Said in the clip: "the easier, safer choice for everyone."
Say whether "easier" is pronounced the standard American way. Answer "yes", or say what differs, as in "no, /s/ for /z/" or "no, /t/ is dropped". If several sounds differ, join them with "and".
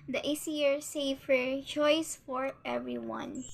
no, /s/ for /z/